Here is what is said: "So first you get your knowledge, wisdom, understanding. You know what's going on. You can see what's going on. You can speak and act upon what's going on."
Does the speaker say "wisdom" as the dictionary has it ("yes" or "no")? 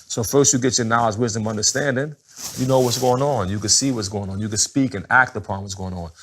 yes